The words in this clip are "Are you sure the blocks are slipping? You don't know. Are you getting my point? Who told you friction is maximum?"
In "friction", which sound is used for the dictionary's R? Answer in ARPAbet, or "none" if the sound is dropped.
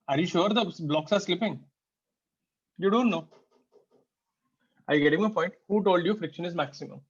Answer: R